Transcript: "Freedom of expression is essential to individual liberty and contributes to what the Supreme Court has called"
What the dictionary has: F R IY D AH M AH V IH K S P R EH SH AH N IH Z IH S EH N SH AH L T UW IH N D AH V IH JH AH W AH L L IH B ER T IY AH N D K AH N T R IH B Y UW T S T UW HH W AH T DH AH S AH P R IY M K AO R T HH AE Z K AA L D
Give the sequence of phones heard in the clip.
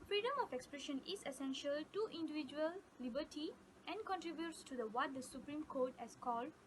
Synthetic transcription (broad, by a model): F R IY D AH M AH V IH K S P R EH SH AH N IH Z IH S EH N SH AH L T UW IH N D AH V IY JH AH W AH L L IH B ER T IY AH N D K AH N T R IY B Y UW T S T UW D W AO T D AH S AH P R IY M K AO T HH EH S K AA L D